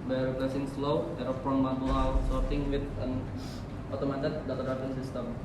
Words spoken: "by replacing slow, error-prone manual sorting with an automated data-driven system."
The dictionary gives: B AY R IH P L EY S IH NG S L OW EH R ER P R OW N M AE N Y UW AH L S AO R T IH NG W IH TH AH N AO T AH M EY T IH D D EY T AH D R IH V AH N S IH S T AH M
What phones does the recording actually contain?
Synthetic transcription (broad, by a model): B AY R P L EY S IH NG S L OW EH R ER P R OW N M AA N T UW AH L S AO R T IH NG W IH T AH N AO T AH M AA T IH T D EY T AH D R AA P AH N S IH S T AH M